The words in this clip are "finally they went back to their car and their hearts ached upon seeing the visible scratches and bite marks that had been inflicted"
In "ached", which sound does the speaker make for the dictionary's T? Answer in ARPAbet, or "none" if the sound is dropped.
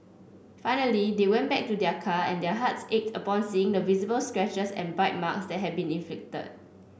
T